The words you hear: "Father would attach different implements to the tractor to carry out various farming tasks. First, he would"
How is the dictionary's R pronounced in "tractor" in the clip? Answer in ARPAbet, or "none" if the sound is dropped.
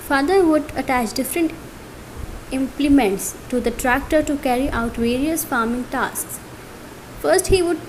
R